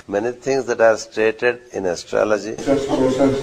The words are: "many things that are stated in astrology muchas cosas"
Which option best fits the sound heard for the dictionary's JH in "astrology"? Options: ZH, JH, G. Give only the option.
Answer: JH